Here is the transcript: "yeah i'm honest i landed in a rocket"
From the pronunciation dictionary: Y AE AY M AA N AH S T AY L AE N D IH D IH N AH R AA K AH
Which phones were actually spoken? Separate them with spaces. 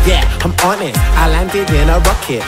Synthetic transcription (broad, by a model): Y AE AY M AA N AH T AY L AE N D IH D IH N AH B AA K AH